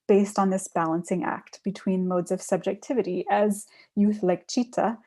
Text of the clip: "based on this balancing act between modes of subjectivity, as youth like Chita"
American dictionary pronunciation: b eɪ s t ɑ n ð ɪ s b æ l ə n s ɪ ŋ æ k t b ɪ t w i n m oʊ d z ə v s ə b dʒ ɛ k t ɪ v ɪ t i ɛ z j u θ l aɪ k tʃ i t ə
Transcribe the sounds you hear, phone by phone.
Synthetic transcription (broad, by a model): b eɪ s t n ð ɪ s b æ l ə n s ɪ ŋ æ k t b ɪ t w i n m oʊ d z ə v s ə b dʒ ɛ k t ɪ v ɪ t i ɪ z j u θ l aɪ k tʃ i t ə